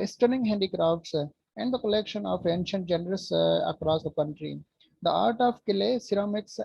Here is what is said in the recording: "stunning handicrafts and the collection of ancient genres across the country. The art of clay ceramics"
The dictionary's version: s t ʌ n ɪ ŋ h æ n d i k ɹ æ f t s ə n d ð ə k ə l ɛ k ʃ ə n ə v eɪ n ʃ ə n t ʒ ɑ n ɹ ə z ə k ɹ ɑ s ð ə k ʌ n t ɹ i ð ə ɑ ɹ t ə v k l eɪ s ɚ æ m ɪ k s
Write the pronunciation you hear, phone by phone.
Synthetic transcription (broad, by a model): s t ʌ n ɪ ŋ h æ n d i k ɹ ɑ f t s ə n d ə k ə l ɛ k ʃ ə n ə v eɪ n ʃ ə n t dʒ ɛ n ɹ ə s ə k ɹ ɑ s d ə k ʌ n t ɹ i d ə ɑ ɹ t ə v k l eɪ s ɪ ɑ m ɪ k s